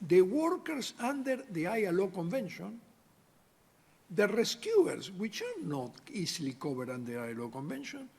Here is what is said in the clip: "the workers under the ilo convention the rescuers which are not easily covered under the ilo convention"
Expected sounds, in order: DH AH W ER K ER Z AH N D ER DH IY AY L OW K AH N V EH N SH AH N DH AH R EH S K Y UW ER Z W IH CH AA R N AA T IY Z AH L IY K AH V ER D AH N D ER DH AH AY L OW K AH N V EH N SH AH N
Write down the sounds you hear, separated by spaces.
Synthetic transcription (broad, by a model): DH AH W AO K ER S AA N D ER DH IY AY L OW K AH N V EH N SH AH N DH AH R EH S K Y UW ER S W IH CH AA R N AA T IY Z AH L IY K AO B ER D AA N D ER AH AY L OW K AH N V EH N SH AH N